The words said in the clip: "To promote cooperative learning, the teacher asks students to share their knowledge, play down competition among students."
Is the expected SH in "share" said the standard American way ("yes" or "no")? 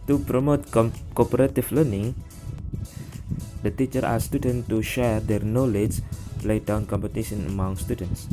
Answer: yes